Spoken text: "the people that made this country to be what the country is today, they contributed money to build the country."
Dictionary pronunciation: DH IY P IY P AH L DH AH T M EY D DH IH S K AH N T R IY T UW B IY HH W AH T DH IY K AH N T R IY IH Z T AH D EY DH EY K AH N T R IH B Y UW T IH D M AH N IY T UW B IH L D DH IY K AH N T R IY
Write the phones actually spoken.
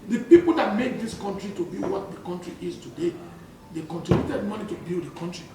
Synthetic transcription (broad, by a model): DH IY P IY P AH L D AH T M EY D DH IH S K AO N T R IY T UW B IY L W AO T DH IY K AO N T R IY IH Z T AH D EY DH EY K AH N T IY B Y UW T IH D M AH N IY T UW B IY L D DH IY K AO N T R IY